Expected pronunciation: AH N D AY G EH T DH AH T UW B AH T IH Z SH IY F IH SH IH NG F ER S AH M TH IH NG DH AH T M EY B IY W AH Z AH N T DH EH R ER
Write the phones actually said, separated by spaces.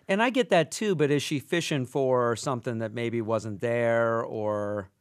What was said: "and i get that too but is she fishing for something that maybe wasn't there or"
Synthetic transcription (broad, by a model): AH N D AY G EH T DH AH T UW B AH T IH Z SH IY F IH SH IH NG F ER S AH M TH IH NG DH AH T M EY B IY W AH Z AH N DH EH R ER